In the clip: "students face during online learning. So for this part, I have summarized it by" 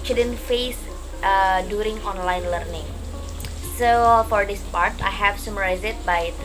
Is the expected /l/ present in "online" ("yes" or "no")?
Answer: yes